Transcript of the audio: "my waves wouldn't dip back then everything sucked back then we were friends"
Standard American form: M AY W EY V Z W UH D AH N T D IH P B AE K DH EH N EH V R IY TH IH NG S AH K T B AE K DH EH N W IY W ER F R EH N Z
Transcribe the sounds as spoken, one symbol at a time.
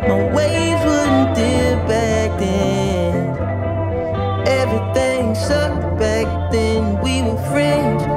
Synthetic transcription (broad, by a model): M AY W EY Z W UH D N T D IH B AE K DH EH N EH V R IY TH IH NG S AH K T B AE K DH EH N W IY W ER F R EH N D